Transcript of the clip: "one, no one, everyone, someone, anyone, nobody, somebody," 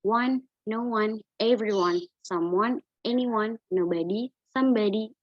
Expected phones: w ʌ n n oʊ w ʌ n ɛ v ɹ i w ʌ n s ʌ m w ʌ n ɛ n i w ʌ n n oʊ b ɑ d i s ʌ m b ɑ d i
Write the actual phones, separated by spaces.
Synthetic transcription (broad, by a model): w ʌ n n oʊ w ʌ n ɛ v ɹ i w ʌ n s ʌ m w ʌ n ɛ n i w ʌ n n oʊ b ɑ d i s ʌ m b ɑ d i